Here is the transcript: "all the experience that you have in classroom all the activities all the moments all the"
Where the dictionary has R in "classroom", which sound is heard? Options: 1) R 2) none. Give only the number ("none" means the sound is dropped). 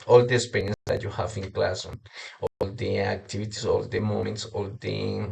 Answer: 2